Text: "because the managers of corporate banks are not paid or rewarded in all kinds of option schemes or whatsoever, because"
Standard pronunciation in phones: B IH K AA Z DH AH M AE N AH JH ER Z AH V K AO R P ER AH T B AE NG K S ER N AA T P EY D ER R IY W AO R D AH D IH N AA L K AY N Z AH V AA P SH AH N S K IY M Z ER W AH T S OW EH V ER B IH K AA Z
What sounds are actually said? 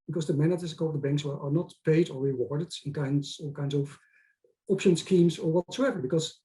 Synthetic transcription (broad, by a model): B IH K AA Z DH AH M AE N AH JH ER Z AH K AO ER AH B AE NG K S ER N AA T P EY D ER R IY W AO R D AH D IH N AA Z K AY N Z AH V AA P SH AH N S K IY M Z ER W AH T S OW EH V ER B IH K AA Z